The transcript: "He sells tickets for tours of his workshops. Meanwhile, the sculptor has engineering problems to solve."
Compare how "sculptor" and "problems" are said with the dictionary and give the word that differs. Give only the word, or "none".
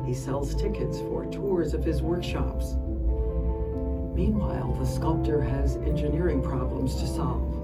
none